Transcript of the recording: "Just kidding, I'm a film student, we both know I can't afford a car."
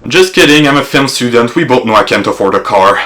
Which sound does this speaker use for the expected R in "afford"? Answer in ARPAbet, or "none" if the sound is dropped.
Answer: R